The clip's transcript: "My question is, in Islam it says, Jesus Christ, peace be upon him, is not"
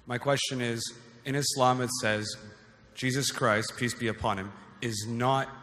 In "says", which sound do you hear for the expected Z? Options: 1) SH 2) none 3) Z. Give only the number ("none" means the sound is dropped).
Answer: 3